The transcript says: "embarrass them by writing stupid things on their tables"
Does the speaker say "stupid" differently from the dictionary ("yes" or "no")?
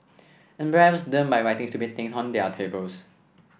yes